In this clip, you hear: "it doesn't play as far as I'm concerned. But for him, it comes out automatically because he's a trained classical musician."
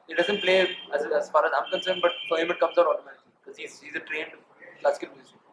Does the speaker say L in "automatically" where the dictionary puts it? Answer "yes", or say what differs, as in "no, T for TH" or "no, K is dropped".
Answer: no, L is dropped